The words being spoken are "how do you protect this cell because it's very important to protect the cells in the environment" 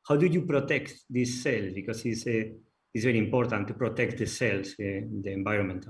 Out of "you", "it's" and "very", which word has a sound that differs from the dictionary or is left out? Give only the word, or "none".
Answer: it's